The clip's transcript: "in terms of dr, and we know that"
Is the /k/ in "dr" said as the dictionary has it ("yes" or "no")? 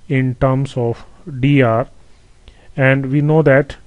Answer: no